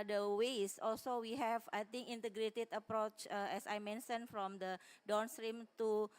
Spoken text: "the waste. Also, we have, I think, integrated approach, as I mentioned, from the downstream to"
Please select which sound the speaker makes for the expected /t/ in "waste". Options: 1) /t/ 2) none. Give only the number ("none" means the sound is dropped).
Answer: 2